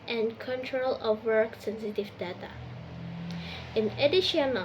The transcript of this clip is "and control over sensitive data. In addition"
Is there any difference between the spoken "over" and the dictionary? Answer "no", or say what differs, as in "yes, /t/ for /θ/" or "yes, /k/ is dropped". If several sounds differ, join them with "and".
yes, /v/ is dropped